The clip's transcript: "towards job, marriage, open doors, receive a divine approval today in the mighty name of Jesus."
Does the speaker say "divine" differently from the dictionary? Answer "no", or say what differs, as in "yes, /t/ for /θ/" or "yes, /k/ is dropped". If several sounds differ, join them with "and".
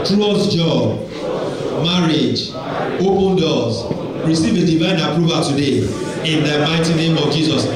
no